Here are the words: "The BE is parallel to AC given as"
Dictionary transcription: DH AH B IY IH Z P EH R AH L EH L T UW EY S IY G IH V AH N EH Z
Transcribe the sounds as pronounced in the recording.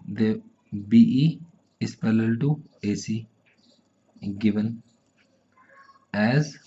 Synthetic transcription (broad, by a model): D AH B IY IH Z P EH L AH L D T UW EY S IY G IH V AH N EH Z